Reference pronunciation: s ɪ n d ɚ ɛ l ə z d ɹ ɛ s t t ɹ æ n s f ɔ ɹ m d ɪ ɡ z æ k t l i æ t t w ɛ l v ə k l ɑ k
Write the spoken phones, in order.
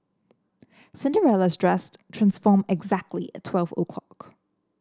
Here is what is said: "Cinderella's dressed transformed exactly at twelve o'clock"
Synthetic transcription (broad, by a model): s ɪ n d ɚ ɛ l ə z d ɹ ɛ s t t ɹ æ n s f ɔ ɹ m ɪ ɡ z æ k t l i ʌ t t w ɛ l v ə k l ɑ k